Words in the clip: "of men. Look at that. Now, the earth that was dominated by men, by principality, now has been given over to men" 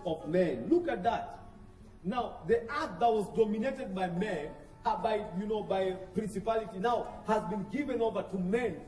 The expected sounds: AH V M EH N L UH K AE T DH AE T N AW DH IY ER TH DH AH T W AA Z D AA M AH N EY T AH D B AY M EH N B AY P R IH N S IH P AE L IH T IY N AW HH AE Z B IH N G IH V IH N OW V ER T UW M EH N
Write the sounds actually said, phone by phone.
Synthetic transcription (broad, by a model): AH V M EH N L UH K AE T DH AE T N AW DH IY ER T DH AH T W AA Z D AA M AH N EY T AH D B AY M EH N B AY P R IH N S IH P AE L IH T IY N AW HH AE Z B IH N G IH V IH N OW V ER T UW M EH N